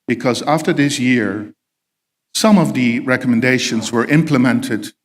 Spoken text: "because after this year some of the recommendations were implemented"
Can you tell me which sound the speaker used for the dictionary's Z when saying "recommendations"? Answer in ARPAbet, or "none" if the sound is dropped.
Z